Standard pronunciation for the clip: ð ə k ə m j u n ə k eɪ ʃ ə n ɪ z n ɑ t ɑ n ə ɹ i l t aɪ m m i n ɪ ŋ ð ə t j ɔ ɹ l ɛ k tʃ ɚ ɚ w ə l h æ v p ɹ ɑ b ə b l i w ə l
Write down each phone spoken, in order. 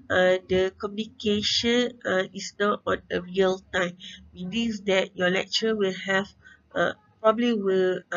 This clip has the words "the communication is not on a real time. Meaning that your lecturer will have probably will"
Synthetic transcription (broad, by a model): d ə k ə m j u n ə k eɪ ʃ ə n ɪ s n ɑ t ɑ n ə ɹ i l t aɪ m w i l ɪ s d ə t j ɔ l ɛ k tʃ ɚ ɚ w ə l h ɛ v p ɹ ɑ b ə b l i w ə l